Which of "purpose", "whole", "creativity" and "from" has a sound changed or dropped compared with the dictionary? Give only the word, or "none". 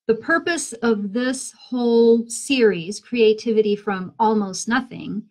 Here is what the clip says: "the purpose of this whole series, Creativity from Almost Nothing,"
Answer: none